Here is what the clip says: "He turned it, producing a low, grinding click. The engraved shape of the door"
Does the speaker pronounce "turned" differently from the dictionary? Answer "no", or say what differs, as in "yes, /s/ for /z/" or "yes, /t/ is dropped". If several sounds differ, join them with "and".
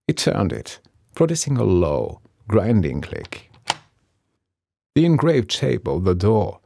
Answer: no